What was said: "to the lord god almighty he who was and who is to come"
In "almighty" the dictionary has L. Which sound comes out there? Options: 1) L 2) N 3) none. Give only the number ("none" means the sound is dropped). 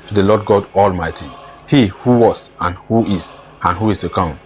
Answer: 1